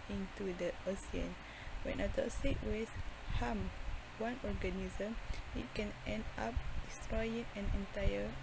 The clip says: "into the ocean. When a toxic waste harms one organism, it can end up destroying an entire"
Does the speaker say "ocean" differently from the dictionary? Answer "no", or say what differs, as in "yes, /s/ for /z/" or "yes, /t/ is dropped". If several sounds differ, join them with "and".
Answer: yes, /s/ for /ʃ/